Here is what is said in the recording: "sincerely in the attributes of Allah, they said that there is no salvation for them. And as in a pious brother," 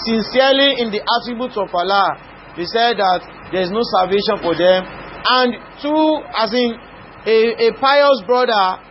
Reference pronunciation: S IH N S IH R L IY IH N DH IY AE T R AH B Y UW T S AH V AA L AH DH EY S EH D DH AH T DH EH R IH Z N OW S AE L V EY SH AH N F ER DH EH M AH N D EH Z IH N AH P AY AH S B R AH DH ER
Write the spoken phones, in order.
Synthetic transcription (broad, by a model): S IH N S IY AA L IY IH N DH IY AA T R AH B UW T AH P AA L AH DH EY S EH D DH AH T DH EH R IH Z N OW S AE L V EY SH AH N F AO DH EH M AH N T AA S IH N AH P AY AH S B R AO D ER